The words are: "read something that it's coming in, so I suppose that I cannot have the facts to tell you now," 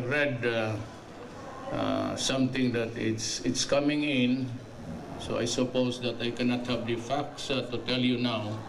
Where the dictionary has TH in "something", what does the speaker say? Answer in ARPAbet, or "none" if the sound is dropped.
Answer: T